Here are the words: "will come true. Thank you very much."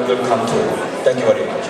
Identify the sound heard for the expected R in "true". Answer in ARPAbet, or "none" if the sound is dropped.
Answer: none